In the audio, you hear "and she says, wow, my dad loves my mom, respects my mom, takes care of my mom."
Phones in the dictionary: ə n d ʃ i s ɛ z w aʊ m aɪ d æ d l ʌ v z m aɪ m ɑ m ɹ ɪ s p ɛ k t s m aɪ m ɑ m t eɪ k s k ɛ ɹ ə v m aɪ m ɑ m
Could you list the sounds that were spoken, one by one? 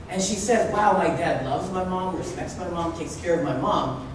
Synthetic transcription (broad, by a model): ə n ʃ i s ɛ z w aʊ m aɪ d æ d l ʌ v z m aɪ m ɑ m ɹ ɪ s p ɛ k t s m aɪ m ɑ m t eɪ k s k ɛ ɹ ə v m aɪ m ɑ m